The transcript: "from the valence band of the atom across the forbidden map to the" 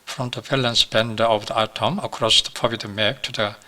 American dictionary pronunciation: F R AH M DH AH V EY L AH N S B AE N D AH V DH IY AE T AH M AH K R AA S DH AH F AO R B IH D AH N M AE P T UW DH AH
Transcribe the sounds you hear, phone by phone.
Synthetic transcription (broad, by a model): F R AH M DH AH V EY L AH N S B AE N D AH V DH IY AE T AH M AH K R AA S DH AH P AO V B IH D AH M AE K T UW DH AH